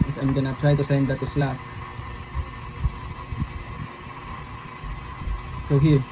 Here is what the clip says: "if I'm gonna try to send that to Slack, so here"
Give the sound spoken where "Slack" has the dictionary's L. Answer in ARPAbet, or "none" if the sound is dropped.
none